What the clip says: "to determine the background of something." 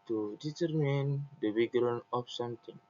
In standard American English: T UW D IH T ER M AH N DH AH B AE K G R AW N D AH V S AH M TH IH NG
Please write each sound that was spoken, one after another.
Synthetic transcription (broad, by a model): T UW D IH T ER M AH N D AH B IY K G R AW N AH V S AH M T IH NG